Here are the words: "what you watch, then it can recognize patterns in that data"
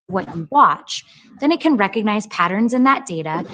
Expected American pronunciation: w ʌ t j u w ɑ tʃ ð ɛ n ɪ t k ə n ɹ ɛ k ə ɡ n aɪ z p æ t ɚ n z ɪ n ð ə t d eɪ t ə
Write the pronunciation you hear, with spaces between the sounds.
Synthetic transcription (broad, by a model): w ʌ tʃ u w ɑ tʃ ð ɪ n ɪ t k ə n ɹ ɛ k ə ɡ n aɪ z p æ t ɚ n z ɪ n ð ə t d eɪ t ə